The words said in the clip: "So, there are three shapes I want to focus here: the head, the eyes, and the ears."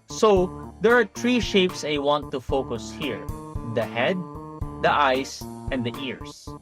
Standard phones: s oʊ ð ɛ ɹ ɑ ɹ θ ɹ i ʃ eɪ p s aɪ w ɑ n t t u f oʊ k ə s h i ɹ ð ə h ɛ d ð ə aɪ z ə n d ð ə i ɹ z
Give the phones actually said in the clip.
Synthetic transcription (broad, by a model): s oʊ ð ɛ ɹ ɑ ɹ t ɹ i ʃ eɪ p s aɪ w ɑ n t t u f oʊ k ə s h i ɹ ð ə h ɛ d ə aɪ s ə n d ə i ɹ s